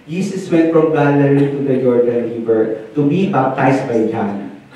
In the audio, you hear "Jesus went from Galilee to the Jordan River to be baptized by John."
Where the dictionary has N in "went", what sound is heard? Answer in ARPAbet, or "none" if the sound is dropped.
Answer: none